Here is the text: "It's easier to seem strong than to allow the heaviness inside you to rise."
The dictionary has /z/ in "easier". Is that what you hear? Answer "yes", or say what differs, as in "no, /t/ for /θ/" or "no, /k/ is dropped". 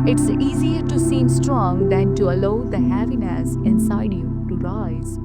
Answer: yes